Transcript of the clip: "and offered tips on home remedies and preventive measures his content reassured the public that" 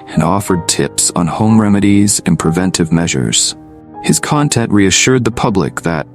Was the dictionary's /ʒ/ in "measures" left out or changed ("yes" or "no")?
no